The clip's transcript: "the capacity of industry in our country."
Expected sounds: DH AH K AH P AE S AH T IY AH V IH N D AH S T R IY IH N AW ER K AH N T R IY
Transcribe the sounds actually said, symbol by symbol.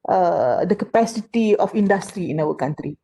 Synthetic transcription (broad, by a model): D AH K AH P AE S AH T IY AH F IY N D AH S T R IY IH N AW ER K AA N T R IY